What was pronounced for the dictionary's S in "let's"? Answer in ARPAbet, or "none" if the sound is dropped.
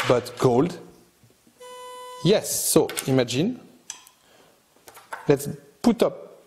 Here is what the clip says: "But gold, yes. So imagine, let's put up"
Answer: S